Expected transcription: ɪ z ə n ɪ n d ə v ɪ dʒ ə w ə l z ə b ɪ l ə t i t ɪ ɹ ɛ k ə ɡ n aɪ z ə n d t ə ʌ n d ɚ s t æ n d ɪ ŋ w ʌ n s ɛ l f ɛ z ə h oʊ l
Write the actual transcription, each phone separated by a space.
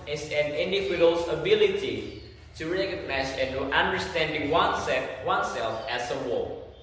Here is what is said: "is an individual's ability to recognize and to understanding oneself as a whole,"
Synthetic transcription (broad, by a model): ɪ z ə n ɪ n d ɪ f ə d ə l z ə b ɪ l ə t i t ɪ ɹ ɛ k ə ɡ n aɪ s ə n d t ə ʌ n d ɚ s t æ n d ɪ ŋ w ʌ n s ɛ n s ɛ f ə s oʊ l